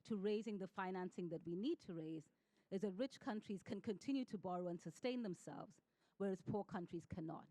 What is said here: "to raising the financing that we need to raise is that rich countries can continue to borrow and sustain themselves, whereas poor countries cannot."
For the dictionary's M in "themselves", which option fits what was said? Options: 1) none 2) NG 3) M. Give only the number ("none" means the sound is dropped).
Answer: 3